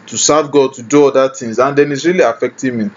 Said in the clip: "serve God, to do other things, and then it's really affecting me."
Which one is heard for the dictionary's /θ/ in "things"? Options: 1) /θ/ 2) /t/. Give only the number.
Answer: 2